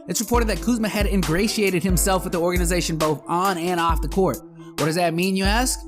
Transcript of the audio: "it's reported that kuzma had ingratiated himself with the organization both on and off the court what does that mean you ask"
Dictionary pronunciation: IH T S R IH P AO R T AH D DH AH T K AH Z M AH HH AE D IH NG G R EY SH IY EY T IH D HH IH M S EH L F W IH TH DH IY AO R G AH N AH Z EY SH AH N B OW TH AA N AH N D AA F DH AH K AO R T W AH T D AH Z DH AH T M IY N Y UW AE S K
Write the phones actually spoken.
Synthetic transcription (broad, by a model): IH T S R IH P AO R T AH D DH AH T K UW Z M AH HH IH D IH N G R EY SH IY EY T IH D HH IH M S EH L F W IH DH IY AO R G AH N AH Z EY SH AH N B OW TH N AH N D AA F DH AH K AO R T W AH T D AH Z DH AH T M IY N Y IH AE S K